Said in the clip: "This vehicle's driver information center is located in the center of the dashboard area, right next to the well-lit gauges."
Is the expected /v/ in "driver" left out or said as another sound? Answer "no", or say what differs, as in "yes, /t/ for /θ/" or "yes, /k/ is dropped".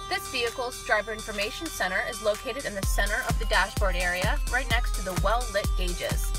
yes, /b/ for /v/